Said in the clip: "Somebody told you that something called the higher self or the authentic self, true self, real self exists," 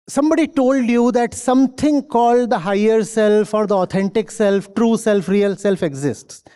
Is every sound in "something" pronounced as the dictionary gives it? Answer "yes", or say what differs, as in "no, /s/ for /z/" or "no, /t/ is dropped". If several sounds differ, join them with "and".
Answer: no, /t/ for /θ/